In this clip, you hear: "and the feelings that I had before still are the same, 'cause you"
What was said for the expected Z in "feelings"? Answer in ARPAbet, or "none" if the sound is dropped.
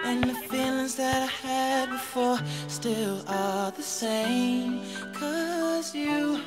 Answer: Z